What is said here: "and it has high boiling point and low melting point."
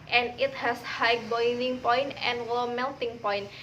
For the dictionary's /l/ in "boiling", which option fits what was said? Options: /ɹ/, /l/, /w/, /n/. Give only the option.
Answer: /n/